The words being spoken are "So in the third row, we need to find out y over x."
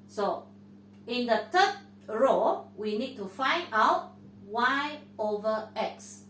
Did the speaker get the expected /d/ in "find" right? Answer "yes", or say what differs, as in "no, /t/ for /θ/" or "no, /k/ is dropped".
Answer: yes